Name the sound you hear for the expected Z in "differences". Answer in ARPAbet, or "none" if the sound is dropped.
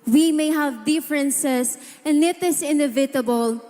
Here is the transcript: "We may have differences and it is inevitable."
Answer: S